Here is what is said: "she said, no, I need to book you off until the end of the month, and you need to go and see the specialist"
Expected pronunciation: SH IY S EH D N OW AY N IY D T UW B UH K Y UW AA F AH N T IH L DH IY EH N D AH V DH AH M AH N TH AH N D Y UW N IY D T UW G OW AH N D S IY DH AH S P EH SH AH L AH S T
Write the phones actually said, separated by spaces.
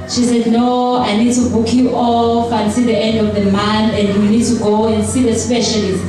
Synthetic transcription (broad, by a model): SH IY S EH D N OW AY N IY D T UW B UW K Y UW AA F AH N S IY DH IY EH N D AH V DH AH M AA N AH N D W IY N IY D T UW G OW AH N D S IY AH S P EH SH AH L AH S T